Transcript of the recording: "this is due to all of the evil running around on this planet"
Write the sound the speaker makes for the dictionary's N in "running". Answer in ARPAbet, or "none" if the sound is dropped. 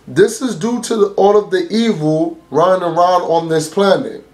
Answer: none